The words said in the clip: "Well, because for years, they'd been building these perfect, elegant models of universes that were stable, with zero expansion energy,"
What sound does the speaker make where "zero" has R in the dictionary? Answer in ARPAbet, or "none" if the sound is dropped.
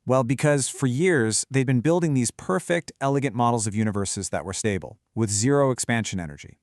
R